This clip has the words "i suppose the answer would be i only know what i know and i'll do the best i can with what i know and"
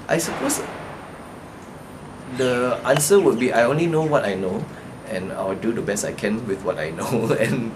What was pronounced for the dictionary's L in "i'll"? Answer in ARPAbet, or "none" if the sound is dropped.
W